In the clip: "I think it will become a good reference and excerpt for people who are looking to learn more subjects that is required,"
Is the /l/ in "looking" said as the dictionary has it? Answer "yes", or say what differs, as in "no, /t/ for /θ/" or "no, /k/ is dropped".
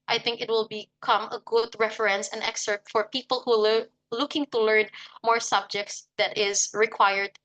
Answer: yes